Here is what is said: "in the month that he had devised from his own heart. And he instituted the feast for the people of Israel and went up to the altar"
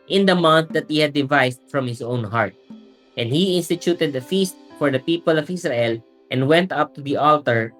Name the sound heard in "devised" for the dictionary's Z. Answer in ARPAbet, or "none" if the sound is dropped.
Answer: S